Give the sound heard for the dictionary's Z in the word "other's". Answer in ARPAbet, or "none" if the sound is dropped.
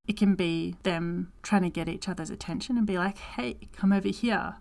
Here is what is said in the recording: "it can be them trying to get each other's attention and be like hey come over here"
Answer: Z